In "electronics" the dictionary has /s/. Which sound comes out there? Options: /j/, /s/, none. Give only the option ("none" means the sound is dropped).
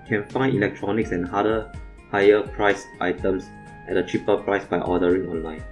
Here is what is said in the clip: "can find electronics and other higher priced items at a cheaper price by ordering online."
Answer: /s/